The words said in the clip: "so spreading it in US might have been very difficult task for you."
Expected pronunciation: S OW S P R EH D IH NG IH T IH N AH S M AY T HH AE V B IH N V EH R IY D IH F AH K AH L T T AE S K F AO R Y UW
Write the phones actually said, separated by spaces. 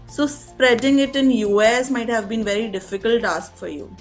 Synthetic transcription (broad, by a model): S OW S P R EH D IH NG IH T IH N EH S M AY T HH AE V B IH N V EH R IY D IH F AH K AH L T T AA S K F AO R Y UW